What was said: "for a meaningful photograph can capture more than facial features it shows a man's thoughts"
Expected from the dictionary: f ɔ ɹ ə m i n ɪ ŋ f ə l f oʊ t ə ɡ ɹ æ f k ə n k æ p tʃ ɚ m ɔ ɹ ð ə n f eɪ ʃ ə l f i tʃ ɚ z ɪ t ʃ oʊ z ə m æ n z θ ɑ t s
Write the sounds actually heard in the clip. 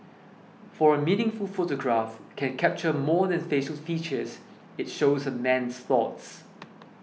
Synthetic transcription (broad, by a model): f ɔ ɹ ə m i n ɪ ŋ f ə l f oʊ t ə ɡ ɹ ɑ f k ə n k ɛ p tʃ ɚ m ɔ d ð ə n f eɪ ʃ ə l f i tʃ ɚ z ɪ t ʃ oʊ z ə m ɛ n s θ ɑ t s